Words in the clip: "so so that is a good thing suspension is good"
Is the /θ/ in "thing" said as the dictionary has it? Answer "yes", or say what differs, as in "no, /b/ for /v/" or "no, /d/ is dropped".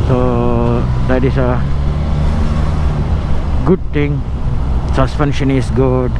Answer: no, /t/ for /θ/